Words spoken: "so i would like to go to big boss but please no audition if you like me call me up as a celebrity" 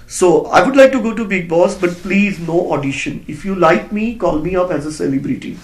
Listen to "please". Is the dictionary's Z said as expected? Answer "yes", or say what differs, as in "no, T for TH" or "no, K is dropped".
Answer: yes